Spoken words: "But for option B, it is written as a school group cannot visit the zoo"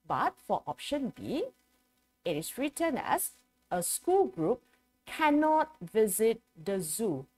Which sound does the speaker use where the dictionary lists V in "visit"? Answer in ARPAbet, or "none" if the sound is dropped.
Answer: V